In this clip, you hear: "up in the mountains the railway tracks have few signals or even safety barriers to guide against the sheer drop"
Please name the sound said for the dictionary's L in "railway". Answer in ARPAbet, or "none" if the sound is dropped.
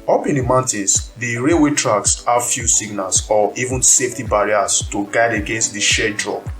none